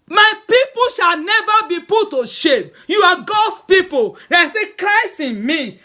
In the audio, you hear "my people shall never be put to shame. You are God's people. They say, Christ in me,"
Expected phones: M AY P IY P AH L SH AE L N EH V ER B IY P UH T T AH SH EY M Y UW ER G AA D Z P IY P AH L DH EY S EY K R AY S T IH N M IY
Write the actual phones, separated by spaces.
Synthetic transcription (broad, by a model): M AY P IY P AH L SH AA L N EH V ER B IY P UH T T AH SH EY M Y UW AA G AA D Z P IY P AH L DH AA S EY K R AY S IH N M IY